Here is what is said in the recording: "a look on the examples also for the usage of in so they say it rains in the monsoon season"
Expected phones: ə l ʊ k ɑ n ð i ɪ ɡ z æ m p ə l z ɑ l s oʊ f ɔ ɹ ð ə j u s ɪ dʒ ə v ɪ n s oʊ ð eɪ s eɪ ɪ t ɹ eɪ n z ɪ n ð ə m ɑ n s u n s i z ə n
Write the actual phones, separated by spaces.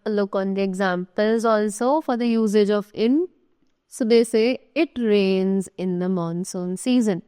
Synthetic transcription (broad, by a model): l ʊ k ɑ n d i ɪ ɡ z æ m p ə l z ɑ l s oʊ f ɔ ɹ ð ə j u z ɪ dʒ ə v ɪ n s oʊ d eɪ s eɪ ɪ t ɹ eɪ n z ɪ n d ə m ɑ n s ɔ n s i z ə n